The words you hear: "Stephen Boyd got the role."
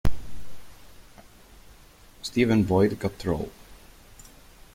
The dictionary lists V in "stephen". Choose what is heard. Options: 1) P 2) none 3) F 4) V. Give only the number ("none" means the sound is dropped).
4